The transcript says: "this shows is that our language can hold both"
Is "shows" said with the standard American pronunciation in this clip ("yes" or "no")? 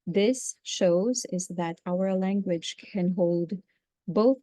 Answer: yes